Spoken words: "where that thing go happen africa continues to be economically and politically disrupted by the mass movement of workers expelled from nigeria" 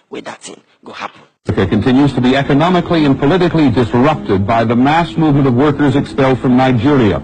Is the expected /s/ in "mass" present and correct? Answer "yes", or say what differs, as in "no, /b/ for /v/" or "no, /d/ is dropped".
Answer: yes